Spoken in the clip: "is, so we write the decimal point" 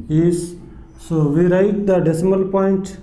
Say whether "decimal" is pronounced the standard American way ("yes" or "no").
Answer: yes